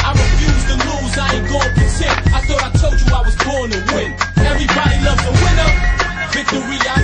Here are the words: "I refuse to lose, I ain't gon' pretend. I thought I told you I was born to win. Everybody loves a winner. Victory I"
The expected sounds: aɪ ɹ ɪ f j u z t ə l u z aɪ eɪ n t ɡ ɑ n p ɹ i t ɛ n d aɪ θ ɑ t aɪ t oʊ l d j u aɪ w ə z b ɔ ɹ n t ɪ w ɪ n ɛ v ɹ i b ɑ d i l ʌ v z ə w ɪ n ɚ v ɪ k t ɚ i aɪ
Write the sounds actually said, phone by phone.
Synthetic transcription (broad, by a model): aɪ ɹ ɪ f j u z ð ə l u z aɪ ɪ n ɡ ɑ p i s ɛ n aɪ θ ɑ t aɪ t oʊ l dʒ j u aɪ w ə z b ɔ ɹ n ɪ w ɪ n ɛ v ɹ i b ɑ d i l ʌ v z ə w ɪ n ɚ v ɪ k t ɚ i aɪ